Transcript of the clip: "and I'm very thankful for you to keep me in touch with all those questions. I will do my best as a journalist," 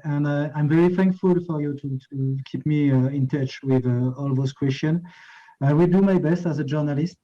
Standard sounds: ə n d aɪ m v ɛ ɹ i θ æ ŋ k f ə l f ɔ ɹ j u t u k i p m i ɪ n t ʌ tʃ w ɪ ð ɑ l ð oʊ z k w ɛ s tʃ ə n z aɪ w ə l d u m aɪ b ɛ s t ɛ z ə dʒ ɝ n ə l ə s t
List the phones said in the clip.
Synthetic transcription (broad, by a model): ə n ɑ aɪ m v ɛ ɹ i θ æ ŋ k f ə l f ɔ ɹ j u t u k i p m i ɪ n t ʌ tʃ w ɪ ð ɑ l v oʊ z k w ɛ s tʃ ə n aɪ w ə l d u m aɪ b ɛ s t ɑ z ə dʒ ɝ n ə l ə s t